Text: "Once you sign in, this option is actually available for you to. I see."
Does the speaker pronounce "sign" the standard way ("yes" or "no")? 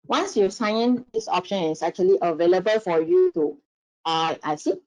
no